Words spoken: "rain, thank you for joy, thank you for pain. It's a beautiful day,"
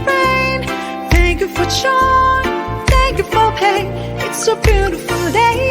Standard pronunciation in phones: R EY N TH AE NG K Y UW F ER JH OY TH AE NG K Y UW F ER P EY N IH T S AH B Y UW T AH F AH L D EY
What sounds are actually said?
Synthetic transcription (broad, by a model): R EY N TH AE NG K Y UW F ER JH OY TH AE NG K Y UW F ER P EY IH T S AH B Y UW T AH F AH L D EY